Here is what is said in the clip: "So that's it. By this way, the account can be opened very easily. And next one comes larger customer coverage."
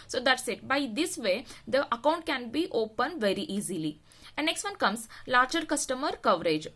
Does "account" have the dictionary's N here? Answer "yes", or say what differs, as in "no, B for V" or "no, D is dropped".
yes